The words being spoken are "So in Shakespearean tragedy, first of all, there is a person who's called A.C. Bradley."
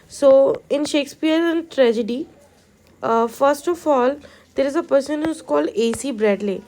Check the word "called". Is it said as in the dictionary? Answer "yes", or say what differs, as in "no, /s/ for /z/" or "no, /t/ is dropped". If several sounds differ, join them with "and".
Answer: no, /d/ is dropped